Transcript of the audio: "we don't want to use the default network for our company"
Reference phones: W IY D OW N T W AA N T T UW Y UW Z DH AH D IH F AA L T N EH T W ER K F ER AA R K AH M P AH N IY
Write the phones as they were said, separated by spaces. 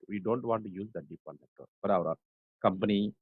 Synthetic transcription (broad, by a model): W IY D OW N T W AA N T T UW Y UW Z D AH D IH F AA T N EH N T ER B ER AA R K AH M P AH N IY